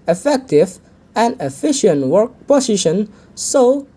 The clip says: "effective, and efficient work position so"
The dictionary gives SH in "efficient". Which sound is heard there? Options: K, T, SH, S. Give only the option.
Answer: SH